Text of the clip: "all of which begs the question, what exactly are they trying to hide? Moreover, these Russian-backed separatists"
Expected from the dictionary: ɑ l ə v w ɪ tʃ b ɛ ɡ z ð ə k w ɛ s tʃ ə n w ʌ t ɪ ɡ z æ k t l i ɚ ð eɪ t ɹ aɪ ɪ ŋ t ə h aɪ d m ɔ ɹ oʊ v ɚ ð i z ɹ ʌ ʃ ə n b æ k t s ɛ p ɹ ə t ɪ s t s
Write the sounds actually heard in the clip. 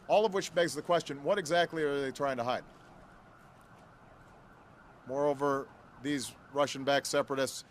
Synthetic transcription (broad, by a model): ɑ l ə v w ɪ tʃ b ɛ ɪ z ð ə k w ɛ s tʃ ə n w ʌ t ɪ ɡ z æ k t l i ɚ ð eɪ t ɹ aɪ ɪ ŋ t ə h aɪ d m ɔ ɹ oʊ v ɚ ð i z ɹ ʌ ʃ ə n b æ k s ɛ p ɹ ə t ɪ s t s